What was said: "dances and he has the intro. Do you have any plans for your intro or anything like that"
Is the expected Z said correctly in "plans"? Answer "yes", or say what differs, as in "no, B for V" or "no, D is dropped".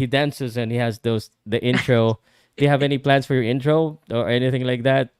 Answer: no, S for Z